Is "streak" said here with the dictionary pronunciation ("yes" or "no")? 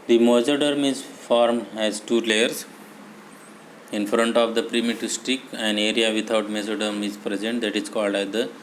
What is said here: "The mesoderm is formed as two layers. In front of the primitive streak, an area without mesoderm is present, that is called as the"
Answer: no